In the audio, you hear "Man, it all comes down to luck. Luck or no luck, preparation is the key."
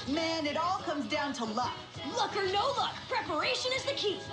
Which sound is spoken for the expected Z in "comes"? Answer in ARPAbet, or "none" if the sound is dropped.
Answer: Z